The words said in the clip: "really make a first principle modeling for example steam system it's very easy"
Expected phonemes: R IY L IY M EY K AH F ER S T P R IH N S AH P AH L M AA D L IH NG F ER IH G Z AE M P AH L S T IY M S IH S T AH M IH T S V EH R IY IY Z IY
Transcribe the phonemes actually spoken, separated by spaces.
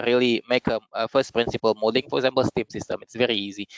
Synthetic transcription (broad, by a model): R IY L IY M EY K AH F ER S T P R IH N S AH P AH L M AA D IH NG F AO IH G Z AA M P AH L S T IY M S IH S T AH M IH T S V EH R IY IY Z IY